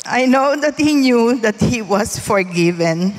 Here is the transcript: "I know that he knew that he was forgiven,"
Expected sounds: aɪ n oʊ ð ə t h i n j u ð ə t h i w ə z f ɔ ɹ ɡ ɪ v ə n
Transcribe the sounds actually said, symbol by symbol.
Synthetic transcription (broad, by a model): aɪ n oʊ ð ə t h i n j u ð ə t h i w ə s f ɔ ɹ ɡ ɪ v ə n